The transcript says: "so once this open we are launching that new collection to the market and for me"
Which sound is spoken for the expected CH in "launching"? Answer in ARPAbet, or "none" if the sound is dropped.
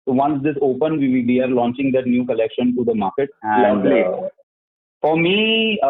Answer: CH